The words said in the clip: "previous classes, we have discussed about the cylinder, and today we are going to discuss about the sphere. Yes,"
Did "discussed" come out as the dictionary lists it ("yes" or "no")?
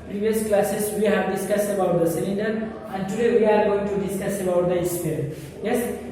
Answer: no